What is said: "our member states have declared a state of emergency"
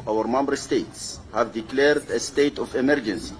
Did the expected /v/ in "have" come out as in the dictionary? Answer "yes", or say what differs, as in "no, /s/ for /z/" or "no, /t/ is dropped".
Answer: yes